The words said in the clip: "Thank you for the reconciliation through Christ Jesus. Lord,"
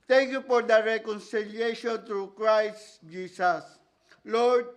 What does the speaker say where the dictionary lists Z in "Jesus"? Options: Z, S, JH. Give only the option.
S